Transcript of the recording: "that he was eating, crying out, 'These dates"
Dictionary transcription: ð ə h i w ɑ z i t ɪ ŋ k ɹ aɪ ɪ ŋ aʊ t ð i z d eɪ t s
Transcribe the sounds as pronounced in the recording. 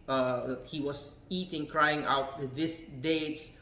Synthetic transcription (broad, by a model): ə h i w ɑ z i t ɪ ŋ k ɹ aɪ ɪ ŋ aʊ t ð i s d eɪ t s